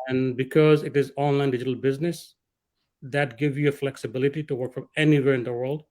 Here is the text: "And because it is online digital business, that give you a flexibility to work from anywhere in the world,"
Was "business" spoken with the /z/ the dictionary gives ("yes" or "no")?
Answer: yes